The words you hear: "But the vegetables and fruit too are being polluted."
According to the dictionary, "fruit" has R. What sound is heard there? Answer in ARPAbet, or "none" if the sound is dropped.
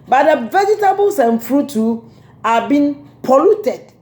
R